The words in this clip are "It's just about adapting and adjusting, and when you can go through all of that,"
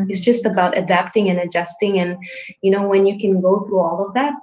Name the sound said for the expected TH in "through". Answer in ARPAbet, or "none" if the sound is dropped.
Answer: TH